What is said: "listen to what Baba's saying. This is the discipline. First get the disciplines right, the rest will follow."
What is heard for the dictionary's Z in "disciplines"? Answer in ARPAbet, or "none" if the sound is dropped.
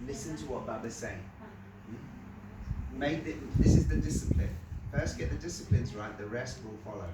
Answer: Z